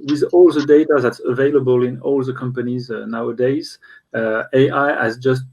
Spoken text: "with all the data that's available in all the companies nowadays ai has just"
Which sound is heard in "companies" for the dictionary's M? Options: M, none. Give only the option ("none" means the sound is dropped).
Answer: M